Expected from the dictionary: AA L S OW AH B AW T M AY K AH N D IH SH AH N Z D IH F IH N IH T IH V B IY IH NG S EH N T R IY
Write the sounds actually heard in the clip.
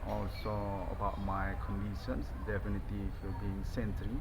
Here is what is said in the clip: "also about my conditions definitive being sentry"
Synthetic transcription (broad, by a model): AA L S OW AH B AW T M AY K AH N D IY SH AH N S D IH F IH N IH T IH F B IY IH NG S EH N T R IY